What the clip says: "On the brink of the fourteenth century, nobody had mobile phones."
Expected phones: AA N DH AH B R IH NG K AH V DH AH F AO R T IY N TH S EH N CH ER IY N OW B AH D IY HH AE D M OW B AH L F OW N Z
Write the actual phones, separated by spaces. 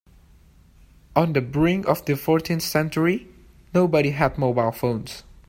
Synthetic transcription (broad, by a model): AA N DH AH B R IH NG AH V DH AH F AO R T IY N TH S EH N CH ER IY N OW B AH D IY HH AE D M OW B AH L F OW N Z